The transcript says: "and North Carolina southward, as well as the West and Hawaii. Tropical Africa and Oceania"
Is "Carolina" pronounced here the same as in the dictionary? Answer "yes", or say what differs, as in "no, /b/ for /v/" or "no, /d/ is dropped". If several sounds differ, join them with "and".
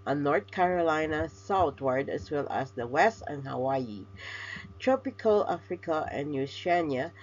yes